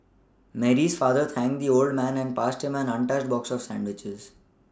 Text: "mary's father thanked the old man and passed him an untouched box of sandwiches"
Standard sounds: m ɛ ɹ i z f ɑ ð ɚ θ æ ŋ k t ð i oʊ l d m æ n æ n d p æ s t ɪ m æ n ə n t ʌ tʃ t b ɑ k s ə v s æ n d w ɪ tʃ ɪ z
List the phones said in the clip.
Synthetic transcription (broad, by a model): m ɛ ɹ i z f ɑ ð ɚ t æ ŋ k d i oʊ l d m æ n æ n d p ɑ s t ɪ m æ n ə n t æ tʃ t b ɑ k s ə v s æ n d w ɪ tʃ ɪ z